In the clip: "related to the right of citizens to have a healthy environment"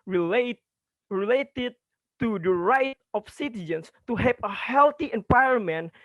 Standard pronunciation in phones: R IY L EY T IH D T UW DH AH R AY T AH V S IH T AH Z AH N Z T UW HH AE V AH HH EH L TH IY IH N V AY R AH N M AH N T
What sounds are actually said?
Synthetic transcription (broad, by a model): R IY L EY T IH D T UW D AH R AY T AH F S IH T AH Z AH N S T UW HH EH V AH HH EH L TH IY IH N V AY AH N M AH N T